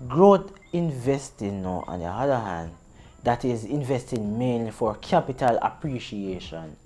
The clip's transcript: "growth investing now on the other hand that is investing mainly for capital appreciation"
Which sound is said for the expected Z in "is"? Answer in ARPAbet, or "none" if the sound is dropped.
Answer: Z